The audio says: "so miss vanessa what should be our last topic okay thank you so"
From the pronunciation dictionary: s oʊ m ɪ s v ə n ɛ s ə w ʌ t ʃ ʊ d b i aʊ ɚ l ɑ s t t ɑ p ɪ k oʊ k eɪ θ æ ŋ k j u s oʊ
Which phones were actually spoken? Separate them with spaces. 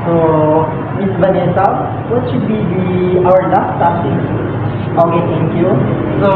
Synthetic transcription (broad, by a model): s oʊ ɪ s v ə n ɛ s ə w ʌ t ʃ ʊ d b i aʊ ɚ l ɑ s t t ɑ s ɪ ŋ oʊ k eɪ t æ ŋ k j u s oʊ